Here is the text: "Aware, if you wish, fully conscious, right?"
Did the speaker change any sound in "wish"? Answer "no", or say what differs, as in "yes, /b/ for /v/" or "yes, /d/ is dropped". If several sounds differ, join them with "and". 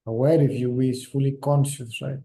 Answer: yes, /s/ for /ʃ/